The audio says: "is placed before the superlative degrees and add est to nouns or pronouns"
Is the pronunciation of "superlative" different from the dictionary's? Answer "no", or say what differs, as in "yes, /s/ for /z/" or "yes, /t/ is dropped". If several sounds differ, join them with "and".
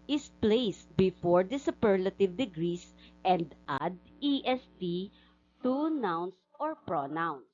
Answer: no